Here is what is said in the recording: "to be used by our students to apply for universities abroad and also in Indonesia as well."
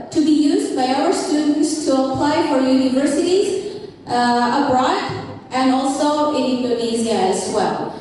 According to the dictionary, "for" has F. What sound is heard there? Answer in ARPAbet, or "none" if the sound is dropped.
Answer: F